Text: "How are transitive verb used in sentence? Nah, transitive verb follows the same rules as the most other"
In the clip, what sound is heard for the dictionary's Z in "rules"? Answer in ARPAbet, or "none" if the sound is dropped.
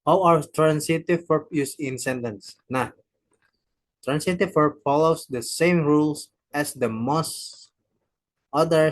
S